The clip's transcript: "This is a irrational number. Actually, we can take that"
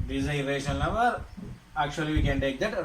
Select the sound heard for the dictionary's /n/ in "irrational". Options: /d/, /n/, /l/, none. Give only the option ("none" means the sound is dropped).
none